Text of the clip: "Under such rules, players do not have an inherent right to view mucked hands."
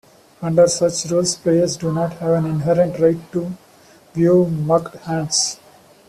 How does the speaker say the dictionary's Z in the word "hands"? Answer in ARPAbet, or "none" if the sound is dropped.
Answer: S